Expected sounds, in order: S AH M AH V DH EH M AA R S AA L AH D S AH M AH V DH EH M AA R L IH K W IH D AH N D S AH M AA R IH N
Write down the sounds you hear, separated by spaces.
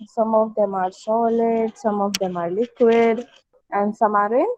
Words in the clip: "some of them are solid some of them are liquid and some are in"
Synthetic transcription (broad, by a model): S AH M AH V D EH M AA R S AA L AH D S AH M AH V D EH M AA R L IH K W IH D AH N D S AH M AA R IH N